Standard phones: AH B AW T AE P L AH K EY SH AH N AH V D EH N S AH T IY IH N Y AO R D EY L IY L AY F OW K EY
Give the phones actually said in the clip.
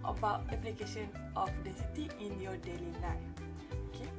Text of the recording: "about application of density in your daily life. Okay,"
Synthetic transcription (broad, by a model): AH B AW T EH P L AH K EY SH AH N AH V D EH S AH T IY IH N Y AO D EY L IY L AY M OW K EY